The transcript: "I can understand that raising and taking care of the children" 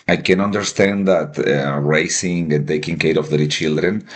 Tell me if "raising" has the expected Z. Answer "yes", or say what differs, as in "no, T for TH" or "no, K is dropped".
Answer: no, S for Z